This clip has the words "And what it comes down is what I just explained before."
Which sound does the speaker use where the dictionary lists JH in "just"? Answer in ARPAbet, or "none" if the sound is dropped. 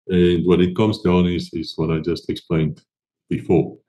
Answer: JH